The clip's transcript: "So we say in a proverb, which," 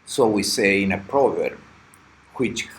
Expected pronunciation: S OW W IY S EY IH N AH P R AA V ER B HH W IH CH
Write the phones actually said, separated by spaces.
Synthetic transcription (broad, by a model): S OW W IY S EY IH N AH P R AA V ER B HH W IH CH